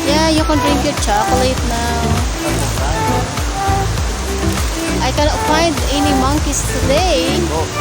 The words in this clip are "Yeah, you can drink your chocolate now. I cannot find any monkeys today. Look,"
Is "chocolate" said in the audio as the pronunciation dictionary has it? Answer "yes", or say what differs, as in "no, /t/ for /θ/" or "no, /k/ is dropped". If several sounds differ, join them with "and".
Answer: yes